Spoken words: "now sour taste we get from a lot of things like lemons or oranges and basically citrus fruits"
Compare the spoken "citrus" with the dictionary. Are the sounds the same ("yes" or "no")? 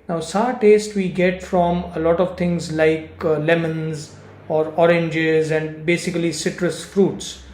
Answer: yes